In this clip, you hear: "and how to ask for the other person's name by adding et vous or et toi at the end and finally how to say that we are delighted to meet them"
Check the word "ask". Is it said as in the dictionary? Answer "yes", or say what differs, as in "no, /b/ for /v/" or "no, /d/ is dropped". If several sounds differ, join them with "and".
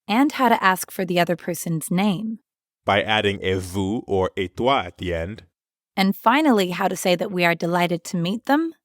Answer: yes